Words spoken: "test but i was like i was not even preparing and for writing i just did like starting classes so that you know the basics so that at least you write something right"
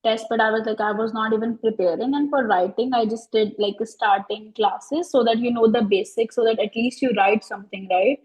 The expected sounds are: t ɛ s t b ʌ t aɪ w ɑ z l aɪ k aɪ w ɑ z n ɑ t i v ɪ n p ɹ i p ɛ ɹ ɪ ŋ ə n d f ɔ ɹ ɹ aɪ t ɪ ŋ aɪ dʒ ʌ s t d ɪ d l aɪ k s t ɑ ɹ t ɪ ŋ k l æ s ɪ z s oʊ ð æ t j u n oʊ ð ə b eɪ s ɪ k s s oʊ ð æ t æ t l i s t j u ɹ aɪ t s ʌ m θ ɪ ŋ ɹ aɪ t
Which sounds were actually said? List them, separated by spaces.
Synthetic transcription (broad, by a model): t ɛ s t b ʌ t aɪ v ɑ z l aɪ k aɪ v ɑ z n ɑ t i v ɪ n p ɹ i p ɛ ɹ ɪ ŋ ə n d f ɔ ɹ ɹ aɪ t ɪ ŋ aɪ dʒ ʌ s t d ɪ d l aɪ k s t ɑ ɹ t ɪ ŋ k l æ s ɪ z s oʊ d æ t j u n oʊ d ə b eɪ s ɪ k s s oʊ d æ t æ t l i s t j u ɹ aɪ t s ʌ m t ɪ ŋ ɹ aɪ t